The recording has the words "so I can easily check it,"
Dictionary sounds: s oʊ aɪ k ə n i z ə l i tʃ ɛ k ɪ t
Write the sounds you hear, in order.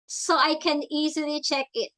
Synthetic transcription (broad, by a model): s oʊ aɪ k ə n i z ə l i tʃ ɛ k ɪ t